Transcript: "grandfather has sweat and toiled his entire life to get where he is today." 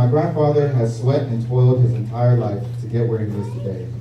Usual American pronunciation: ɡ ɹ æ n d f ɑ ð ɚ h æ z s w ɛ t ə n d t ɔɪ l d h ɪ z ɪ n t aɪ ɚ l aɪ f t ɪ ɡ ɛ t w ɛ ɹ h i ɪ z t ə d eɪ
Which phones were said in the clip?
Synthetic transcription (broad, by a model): ɡ ɹ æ n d f ɑ ð ɚ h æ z s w ɛ t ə n t ɔɪ l d h ɪ z ɪ n t aɪ ɚ l aɪ f t ɪ ɡ ɛ t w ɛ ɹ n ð ɪ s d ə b eɪ